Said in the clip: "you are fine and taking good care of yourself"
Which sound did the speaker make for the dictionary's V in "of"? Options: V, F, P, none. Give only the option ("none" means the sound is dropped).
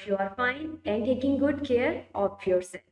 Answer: P